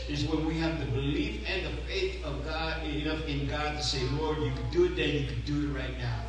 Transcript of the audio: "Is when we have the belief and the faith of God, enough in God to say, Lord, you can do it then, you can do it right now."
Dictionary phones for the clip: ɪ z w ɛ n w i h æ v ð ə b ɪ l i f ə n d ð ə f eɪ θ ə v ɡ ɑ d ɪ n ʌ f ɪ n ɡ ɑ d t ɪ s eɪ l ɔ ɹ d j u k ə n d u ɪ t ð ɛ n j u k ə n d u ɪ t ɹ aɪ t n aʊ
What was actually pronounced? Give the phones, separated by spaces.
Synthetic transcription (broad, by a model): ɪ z w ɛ n w i h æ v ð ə b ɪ l i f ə n ð ə f eɪ θ ə v ɡ ɑ d ɪ n ʌ f ɪ n ɡ ɑ d t ɪ s eɪ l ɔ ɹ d j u k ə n d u ɪ t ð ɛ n j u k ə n d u ɪ t ɹ aɪ t n aʊ